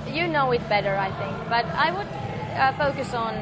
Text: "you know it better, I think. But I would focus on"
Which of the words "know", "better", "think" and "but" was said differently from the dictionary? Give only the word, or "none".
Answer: none